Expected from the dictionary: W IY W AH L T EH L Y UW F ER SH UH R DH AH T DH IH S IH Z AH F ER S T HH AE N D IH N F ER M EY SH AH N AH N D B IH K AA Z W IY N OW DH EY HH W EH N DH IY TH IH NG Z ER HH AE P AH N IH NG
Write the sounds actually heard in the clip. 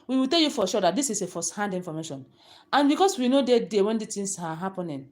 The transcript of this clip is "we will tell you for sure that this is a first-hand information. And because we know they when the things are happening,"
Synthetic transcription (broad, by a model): W IY W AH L T EH L Y UW F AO SH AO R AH T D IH S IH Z AH F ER S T HH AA N D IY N F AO M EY SH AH N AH N B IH K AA S W IY N OW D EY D W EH N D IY T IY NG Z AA HH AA P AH N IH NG